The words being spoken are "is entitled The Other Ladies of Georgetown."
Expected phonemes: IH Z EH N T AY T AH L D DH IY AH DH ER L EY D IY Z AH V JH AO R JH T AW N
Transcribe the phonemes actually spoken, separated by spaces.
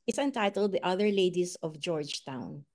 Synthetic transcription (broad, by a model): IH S EH N T AY T AH L D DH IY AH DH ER L EY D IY S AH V JH AO R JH T AW N